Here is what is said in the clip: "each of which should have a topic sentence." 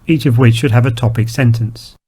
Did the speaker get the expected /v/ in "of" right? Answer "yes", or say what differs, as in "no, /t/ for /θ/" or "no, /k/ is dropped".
yes